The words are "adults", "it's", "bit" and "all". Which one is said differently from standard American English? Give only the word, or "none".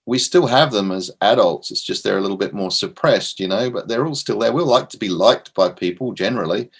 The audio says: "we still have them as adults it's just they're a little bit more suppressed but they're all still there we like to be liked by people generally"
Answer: none